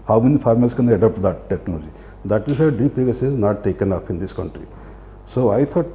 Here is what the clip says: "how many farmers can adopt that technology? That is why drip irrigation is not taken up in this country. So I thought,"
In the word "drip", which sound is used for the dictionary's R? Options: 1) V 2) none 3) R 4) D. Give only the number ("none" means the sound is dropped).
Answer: 2